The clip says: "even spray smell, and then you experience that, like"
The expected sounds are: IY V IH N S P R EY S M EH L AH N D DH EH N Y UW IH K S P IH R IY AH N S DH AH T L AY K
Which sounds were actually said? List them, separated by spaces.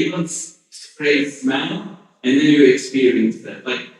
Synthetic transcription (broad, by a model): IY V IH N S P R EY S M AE N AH N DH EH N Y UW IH K S P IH R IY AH N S DH AH T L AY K